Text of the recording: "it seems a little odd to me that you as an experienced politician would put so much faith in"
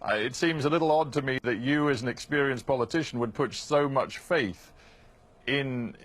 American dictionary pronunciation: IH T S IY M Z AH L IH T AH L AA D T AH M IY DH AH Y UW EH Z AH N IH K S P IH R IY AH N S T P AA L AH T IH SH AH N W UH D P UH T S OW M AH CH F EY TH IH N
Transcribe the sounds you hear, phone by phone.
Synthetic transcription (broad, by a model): IH T S IY M Z AH L IH T L AA D T AH M IY DH AH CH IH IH Z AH N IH K S P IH R IY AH N S P AA L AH T IH SH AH N W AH D P UH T S OW M AH CH F EY TH IH N